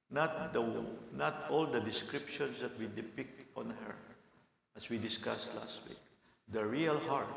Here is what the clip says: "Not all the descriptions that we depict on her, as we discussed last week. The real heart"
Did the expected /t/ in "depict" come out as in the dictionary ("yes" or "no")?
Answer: yes